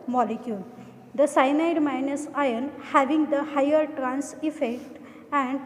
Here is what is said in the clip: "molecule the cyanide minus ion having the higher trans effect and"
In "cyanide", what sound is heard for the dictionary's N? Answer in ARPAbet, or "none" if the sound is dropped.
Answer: N